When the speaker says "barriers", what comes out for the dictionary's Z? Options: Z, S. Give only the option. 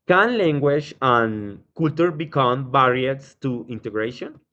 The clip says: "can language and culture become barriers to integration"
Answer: S